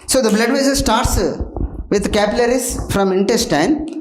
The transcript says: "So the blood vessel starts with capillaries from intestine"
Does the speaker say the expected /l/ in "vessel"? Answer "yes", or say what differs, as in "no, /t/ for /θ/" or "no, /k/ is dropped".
no, /n/ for /l/